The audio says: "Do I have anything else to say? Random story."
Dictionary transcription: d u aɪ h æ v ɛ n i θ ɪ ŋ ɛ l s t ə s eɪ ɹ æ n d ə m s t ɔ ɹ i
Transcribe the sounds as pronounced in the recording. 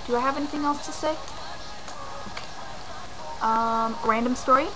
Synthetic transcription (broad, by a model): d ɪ aɪ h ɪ v ɛ n i θ ɪ ŋ ɛ l s t ə s eɪ ɹ æ n d ə m s t ɔ ɹ i